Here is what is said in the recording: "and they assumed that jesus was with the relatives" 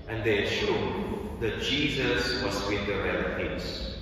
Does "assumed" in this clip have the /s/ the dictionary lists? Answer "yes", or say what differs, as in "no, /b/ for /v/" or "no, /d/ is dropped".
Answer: no, /ʃ/ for /s/